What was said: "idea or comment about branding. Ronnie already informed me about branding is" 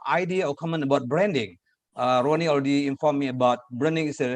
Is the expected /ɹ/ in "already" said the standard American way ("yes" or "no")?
no